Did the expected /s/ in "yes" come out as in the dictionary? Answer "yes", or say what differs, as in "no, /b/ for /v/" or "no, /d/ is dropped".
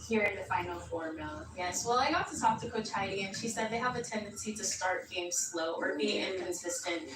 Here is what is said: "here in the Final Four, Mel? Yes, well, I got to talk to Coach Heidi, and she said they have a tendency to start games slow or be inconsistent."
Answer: yes